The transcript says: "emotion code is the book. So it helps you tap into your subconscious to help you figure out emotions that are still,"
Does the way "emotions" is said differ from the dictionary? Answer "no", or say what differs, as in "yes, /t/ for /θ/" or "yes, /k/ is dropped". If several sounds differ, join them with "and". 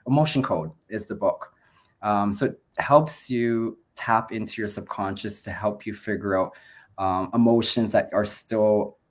no